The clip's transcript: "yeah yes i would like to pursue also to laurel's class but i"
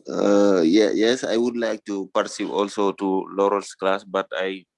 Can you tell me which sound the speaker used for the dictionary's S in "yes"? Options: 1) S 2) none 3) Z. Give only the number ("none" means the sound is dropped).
1